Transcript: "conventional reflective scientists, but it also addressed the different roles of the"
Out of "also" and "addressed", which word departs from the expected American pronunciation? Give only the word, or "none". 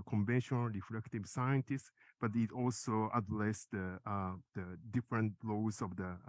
addressed